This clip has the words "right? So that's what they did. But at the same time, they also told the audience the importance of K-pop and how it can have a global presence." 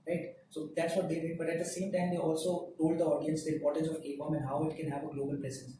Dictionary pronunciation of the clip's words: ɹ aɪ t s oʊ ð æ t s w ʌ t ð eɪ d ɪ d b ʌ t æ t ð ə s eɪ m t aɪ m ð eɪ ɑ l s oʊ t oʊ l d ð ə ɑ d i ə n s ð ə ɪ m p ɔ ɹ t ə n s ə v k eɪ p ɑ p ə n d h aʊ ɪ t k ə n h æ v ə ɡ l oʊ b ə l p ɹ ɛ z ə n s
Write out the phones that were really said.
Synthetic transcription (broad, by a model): ɹ aɪ t s oʊ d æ t s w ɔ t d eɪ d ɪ b ʌ t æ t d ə s eɪ m t aɪ m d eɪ ɑ l s oʊ t oʊ l d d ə ɑ d i ə n s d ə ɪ p ɔ ɹ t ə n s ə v k eɪ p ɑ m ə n h aʊ ɪ t k ə n h æ v ə ɡ l oʊ b ə l p ɹ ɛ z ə n s